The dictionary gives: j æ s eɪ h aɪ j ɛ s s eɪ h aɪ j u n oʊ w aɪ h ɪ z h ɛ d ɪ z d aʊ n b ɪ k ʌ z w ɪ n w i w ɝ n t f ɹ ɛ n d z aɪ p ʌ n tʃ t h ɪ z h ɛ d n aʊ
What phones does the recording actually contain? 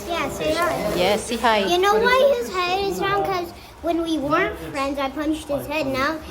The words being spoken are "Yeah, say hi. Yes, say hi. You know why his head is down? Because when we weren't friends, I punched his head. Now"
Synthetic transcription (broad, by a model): j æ s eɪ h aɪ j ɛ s s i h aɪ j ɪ n oʊ w aɪ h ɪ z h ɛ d ɪ z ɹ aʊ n k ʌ z w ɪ n w i w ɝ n f ɹ ɛ n d z aɪ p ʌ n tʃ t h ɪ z h ɛ d n aʊ